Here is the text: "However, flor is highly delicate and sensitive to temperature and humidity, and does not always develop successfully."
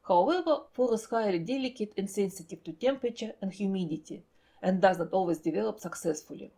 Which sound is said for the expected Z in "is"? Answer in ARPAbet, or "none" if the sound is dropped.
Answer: S